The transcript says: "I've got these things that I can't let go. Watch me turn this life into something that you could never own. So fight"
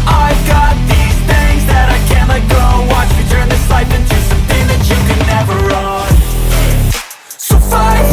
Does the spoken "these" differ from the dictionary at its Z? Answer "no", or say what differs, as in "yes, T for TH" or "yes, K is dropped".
no